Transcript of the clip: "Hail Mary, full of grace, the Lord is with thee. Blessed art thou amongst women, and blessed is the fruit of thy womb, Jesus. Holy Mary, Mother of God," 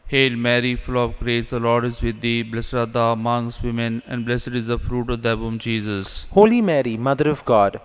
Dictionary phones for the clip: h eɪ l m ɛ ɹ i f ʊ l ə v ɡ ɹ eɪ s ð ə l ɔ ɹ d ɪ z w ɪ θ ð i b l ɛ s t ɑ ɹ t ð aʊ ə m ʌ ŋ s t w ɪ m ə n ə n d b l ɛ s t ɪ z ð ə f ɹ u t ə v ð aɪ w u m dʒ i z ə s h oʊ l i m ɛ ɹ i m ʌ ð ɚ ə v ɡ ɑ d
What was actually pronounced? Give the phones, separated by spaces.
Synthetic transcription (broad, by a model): h eɪ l m ɛ ɹ i f ʊ l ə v ɡ ɹ eɪ s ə l ɔ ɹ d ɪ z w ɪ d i b l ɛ s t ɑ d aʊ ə m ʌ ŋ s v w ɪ m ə n ə n d b l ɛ s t ɪ z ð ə f ɹ u t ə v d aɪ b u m dʒ i z ə s h oʊ l i m ɛ ɹ i m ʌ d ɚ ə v ɡ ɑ d